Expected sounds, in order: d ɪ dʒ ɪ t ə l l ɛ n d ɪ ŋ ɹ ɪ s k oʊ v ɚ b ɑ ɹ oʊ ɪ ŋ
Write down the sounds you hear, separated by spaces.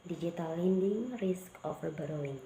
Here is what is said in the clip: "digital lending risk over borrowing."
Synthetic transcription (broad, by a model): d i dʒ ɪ t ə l l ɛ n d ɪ ŋ ɹ ɪ s k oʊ f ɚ b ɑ ɹ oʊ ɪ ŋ